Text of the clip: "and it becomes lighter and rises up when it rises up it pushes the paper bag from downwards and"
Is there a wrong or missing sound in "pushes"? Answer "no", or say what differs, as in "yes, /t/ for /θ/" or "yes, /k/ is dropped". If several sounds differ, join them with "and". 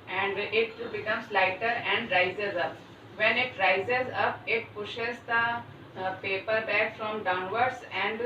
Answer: no